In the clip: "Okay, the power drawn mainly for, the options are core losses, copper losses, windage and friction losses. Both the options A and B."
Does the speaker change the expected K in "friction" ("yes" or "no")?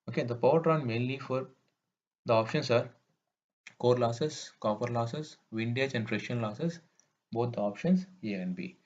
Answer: yes